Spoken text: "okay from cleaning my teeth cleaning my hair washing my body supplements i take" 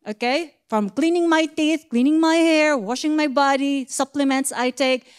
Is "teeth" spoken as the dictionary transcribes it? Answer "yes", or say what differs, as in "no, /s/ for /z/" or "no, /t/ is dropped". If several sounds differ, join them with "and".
yes